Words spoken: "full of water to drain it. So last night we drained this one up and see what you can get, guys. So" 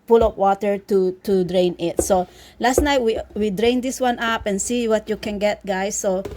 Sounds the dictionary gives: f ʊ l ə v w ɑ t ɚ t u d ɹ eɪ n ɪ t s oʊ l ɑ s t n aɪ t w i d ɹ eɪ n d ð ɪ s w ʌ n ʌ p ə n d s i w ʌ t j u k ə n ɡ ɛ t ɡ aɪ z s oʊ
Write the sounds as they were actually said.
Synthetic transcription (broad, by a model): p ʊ l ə p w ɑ t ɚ t u d ɹ eɪ n ɪ t s oʊ l ɑ s t n aɪ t w i d ɹ eɪ n d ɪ s w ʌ n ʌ p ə n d s i w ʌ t j u k ə n ɡ ɛ t ɡ aɪ s oʊ